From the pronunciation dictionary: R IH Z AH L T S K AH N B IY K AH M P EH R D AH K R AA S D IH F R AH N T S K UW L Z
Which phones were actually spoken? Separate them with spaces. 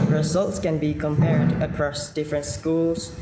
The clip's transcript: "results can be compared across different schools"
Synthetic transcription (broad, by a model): R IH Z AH L T S K AH N B IY K AH M P EH R D AH K R AA S D IH F R AH N T S K UW L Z